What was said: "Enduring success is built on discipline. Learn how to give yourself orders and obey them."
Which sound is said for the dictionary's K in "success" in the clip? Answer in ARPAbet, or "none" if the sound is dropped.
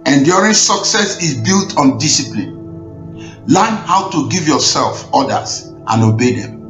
K